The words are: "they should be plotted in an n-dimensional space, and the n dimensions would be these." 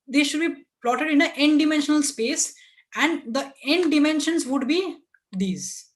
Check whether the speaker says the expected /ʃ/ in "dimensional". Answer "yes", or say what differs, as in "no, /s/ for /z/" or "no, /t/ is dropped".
yes